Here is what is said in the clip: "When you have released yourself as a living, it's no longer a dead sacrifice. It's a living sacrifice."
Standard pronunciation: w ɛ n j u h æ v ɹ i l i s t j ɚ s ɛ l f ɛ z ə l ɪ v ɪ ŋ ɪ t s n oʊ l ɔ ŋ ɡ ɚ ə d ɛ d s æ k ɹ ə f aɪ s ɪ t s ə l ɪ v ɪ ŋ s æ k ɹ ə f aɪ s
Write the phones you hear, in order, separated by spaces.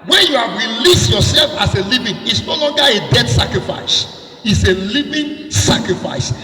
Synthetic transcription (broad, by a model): w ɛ n j u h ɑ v ɹ i l i s t j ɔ s ɛ l f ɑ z ə l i v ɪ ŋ ɪ t s n oʊ l ɔ ŋ ɡ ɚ ə d ɛ d s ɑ k ɹ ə f aɪ s ɪ t s ə l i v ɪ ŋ s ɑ k ɹ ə f aɪ s